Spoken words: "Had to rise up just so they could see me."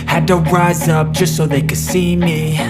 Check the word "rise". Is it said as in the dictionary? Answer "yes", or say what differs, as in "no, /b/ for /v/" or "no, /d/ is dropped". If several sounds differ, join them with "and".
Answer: yes